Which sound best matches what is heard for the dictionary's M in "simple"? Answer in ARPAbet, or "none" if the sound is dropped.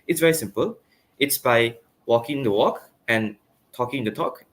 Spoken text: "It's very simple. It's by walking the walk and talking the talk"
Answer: M